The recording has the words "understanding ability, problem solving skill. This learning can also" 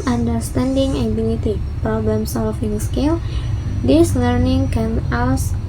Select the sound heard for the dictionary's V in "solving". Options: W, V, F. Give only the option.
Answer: F